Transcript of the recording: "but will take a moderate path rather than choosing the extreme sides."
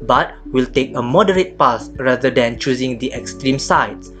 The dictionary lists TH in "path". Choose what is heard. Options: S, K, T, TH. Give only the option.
S